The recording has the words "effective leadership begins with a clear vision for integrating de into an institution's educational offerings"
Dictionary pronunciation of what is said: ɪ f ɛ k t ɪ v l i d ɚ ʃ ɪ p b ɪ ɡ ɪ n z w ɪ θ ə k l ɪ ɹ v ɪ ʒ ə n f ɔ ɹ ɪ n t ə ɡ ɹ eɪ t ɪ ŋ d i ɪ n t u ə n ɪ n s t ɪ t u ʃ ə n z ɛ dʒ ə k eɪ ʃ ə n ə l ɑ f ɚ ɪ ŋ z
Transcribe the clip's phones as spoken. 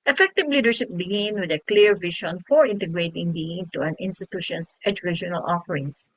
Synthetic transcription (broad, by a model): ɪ f ɛ k t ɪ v l i d ɚ ʃ ɪ p b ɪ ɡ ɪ n w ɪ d ə k l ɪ ɹ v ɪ ʃ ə n f ɔ ɹ ɪ n t ə ɡ ɹ eɪ t ɪ ŋ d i ɪ n t u ə n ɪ n s t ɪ t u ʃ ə n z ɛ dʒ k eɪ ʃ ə n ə l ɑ f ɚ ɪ ŋ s